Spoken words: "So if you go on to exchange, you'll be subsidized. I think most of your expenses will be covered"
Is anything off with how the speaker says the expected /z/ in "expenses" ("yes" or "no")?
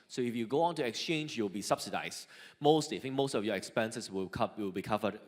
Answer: yes